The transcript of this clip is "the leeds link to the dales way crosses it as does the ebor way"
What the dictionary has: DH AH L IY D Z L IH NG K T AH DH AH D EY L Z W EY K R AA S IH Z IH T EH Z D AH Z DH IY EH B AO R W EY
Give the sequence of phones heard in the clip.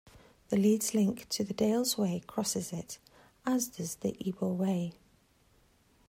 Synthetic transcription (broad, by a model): DH AH L IY D Z L IH NG K T AH DH AH D EY L Z W EY K R AA S IH Z IH T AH Z D AH Z DH IY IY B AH L W EY